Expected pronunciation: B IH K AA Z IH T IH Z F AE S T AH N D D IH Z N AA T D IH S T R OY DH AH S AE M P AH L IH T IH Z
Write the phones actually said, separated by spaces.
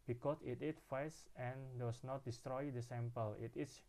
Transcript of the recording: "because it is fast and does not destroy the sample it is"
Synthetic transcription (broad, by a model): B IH K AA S IH T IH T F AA S AH N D D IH S N AA T D IH S T R OY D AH S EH M P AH L IH T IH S